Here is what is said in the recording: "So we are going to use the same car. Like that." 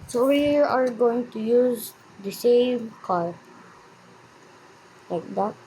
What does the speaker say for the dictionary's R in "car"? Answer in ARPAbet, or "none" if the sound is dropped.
L